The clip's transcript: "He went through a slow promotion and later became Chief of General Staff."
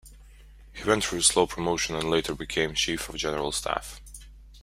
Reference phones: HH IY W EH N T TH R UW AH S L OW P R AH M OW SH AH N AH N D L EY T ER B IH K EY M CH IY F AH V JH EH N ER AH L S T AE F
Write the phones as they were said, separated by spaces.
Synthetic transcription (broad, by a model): HH IY W EH N T F R AH S L OW P R AH M OW SH AH N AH N L EY T ER B IH K EY M CH IY F AH V JH EH N ER AH L S T AE F